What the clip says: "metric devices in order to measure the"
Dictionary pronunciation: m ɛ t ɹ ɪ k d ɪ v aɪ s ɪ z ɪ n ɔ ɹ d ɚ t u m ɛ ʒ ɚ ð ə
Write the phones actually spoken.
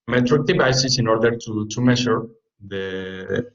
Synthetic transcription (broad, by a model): m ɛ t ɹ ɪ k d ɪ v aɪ s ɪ s ɪ n ɔ ɹ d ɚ t u m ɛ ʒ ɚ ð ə